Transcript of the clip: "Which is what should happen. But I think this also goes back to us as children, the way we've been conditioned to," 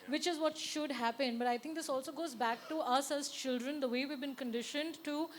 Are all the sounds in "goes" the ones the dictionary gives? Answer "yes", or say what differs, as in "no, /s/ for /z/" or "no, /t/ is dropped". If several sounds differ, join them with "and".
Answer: yes